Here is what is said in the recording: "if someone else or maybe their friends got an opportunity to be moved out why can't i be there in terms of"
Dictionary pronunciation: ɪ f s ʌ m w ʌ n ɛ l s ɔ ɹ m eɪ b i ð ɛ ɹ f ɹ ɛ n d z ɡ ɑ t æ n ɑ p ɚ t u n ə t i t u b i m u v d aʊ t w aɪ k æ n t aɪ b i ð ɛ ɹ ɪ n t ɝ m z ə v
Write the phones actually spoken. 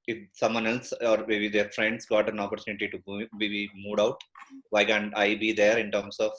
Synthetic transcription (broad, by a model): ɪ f s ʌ m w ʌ n ɛ l s ɔ ɹ m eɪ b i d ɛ ɹ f ɹ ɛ n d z ɡ ɑ t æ n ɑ p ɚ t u n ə t i t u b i m u d aʊ t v aɪ k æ n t aɪ b i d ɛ ɹ ɪ n t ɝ m s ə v